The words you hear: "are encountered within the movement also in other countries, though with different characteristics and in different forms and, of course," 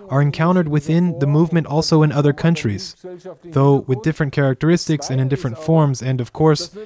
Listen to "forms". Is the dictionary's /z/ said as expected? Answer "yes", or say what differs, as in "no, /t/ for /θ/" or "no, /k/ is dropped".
yes